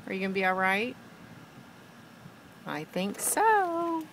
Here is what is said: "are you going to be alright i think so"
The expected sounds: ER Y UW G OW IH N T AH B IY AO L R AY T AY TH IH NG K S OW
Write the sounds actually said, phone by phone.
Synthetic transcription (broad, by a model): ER Y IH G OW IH N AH B IY AO L R AY T AY TH IH NG K S OW